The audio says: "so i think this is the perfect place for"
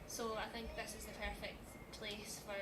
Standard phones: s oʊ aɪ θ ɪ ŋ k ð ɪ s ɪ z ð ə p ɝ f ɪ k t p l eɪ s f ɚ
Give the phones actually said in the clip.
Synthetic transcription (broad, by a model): s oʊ aɪ θ ɪ ŋ k ð ɪ s ɪ z ð ə p ɝ f ɪ k t p l eɪ s f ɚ